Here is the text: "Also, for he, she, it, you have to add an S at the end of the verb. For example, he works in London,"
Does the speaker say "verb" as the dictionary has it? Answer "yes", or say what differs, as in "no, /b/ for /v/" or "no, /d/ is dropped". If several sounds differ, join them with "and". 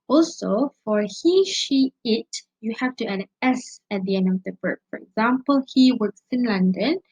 no, /b/ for /v/